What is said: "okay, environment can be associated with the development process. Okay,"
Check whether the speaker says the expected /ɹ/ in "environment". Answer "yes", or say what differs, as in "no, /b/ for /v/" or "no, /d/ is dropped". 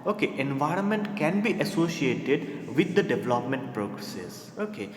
yes